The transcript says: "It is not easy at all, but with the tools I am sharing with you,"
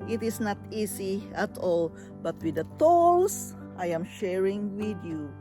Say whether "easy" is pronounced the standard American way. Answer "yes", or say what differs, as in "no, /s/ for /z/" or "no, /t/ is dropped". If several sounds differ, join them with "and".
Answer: no, /s/ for /z/